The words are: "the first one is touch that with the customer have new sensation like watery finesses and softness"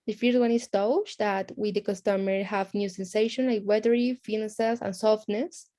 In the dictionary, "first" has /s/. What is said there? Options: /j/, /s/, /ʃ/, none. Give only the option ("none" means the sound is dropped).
none